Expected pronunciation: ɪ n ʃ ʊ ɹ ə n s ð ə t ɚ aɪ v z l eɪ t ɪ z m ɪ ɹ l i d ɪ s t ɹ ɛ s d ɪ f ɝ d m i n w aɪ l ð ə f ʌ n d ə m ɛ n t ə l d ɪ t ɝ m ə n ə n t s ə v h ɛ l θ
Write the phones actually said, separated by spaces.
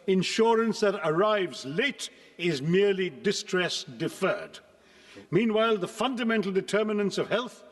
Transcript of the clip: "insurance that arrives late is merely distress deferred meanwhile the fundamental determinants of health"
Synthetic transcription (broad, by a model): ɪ n ʃ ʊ ɹ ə n s ð ə t ɚ aɪ v z l eɪ t ɪ z m ɪ ɹ l i d ɪ s t ɹ ɛ s d ɪ f ɝ d m i n w aɪ l ð ə f ʌ n d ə m ɛ n t l d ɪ t ɝ m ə n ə n s ə v h ɛ l θ